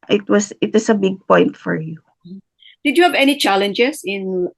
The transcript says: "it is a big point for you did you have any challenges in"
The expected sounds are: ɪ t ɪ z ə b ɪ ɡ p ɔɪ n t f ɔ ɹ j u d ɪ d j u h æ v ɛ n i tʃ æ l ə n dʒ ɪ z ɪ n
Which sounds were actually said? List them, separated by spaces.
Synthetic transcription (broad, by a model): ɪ t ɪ s ə b ɪ ɡ p ɔɪ n t f ɔ ɹ j u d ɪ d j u h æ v ɛ n i tʃ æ l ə n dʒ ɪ s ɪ n